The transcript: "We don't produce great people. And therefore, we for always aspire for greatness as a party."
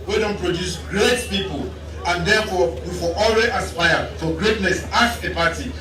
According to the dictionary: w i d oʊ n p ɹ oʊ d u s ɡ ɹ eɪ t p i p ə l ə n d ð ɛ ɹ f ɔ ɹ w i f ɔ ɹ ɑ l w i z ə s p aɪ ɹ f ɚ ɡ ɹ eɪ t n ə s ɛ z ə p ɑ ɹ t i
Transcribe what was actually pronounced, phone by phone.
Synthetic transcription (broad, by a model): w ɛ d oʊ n p ɹ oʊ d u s ɡ ɹ eɪ t p i p ə l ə n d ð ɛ f ɔ w i f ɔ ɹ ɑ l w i ə s p aɪ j f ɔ ɡ ɹ eɪ t n ə s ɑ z ə p ɑ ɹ t i